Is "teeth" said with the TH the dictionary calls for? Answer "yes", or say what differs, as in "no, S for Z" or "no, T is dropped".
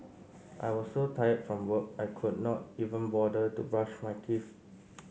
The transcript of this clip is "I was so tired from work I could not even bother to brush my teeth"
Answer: no, F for TH